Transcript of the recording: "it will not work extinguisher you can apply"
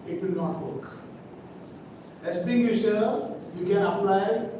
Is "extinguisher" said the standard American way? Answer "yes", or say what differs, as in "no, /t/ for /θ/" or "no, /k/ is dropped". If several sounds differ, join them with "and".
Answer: no, /k/ is dropped